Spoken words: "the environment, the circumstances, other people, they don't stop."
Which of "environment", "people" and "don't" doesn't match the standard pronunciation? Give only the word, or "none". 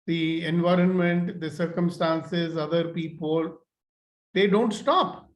none